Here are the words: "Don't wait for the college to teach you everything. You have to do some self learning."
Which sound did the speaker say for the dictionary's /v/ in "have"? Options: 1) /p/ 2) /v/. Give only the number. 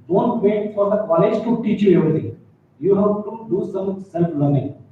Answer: 1